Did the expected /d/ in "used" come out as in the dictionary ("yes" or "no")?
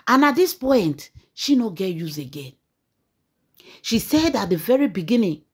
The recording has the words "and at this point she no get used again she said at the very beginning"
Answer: no